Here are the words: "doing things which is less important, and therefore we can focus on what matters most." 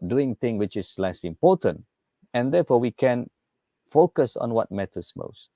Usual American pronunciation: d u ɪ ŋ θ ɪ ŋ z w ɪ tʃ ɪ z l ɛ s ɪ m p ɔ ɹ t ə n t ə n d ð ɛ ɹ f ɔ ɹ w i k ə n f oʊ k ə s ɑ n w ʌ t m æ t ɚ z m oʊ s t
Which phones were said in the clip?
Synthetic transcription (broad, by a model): d u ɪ ŋ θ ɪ ŋ w ɪ tʃ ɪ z l ɛ s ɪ m p ɔ t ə n t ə n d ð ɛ f ɔ w i k ə n f oʊ k ə s ɑ n w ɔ t m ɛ t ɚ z m oʊ s t